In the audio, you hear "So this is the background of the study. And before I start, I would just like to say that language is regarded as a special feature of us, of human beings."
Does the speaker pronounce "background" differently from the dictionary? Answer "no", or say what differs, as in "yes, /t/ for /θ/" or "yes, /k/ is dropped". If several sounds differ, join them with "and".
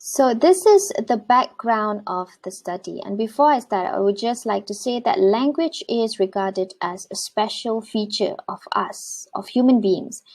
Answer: no